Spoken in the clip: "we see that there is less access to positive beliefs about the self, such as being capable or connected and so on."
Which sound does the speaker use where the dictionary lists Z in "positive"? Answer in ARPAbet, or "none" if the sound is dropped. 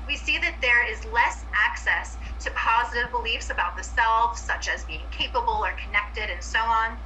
Z